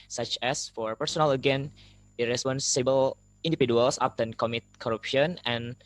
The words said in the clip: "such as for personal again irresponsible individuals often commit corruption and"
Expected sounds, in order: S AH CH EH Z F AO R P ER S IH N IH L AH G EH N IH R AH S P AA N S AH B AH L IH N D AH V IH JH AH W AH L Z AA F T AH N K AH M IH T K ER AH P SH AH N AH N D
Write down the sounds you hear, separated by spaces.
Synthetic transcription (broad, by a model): S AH CH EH S F AO R P ER S IH N IH L AH G EH N IH R AH S P AA N S AH B AH L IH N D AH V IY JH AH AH L S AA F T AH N K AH M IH T K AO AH P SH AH N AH N